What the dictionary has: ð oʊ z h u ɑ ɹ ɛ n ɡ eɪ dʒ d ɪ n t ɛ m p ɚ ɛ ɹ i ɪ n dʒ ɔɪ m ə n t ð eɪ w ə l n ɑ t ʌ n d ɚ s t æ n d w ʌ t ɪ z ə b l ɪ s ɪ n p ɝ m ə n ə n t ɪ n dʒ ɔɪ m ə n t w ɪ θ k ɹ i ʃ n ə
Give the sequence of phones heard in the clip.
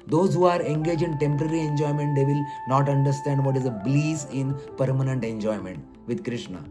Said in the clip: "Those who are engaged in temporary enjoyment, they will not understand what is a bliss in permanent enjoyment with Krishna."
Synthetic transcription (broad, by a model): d oʊ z h u ɑ ɹ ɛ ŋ ɡ eɪ dʒ ɪ n t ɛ m p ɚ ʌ ɹ i ɪ n dʒ ɔɪ m ə n t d eɪ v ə l n ɑ t ʌ n d ɚ s t æ n d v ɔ t ɪ z ə b l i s ɪ n p ɝ m ə n ə n t ɪ n dʒ ɔɪ m ə n t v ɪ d k ɹ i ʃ n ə